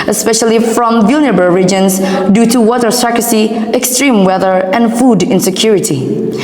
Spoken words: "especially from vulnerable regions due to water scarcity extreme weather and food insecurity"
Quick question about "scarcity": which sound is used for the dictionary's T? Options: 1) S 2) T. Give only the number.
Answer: 1